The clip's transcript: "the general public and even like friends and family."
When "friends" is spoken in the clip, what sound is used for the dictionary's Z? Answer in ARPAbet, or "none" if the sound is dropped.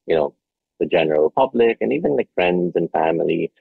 Z